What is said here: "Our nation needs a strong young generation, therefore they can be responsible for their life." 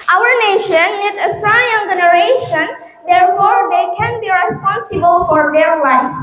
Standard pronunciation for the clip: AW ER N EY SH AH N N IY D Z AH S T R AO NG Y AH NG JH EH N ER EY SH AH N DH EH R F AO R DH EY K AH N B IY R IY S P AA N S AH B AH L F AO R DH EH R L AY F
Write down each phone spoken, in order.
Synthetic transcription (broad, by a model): AW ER N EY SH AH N N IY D AH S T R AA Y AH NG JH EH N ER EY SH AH N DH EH R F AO R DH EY K AH N B IY R IY S P AA N S AH B AH L F AO R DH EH R L AY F